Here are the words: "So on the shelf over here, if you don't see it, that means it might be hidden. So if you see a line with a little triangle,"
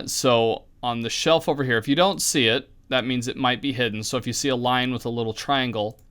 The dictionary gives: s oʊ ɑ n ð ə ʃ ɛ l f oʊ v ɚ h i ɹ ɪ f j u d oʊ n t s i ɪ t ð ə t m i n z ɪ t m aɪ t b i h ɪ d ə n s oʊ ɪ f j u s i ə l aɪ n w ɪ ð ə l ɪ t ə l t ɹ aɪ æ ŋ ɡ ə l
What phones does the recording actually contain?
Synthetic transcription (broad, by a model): s oʊ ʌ n ð ə ʃ ɛ l f oʊ v ɚ h i ɹ ɪ f j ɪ d oʊ n t s i ɪ t ð ə t m i n z ɪ t m aɪ t b i h ɪ d n s oʊ ɪ f j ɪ s i ə l aɪ n w ɪ ð ə l ɪ t l t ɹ aɪ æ ŋ ɡ l